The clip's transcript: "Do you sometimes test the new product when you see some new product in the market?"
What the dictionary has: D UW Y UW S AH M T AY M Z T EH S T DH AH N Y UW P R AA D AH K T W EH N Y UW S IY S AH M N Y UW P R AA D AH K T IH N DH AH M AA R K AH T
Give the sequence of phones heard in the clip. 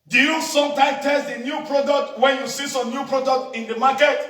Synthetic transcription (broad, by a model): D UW Y UW S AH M T AY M T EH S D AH N Y UW P R AA D AH K T W EH N Y UW S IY S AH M N Y UW P R AA D AH K T IH N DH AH M AA K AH T